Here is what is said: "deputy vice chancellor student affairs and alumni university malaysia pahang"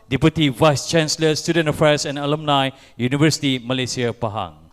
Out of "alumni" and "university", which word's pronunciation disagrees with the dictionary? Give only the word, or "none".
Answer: none